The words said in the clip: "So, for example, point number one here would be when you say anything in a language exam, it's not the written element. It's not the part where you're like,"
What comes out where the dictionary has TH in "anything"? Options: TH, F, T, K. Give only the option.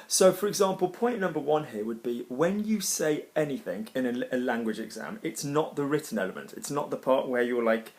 TH